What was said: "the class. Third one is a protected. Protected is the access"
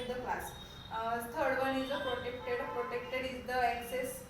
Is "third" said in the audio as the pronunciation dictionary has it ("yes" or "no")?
no